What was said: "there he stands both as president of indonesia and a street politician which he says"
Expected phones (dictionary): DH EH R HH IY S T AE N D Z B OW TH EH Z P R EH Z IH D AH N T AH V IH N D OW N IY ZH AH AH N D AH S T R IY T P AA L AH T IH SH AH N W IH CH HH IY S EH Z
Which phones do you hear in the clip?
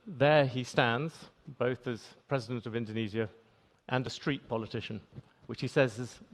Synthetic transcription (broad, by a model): DH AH R IY S T AE N D Z B OW TH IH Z P R EH Z IH D AH N T AH V IH N D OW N IY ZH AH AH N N AH S T R IY T P AA L AH T IH SH AH N W IH CH HH IY S EH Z